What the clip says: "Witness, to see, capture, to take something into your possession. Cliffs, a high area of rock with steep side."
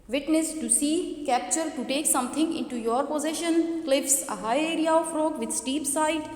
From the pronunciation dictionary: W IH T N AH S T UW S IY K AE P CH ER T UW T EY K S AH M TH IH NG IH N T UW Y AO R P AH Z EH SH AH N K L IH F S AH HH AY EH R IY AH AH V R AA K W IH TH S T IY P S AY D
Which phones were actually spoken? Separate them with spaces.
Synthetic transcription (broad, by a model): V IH T N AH S T UW S IY K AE P CH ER T UW T EY K S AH M T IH NG IH N T UW Y AO R P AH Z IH SH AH N K L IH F S AH HH AY EH R IY AH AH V R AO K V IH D S T IY P S AY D